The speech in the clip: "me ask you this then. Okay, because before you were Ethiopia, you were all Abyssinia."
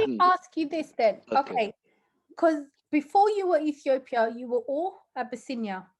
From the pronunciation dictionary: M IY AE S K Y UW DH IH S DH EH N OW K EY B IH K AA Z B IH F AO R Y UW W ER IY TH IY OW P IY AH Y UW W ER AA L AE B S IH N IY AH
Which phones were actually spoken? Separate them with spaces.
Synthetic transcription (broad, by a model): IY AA S K Y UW DH IH S DH EH N OW K EY IH K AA Z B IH F AO Y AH W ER IY TH IY OW P IY AH Y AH W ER AA L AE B S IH N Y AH